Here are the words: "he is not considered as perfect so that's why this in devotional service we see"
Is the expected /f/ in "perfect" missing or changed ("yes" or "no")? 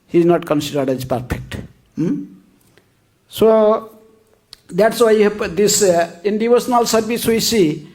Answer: yes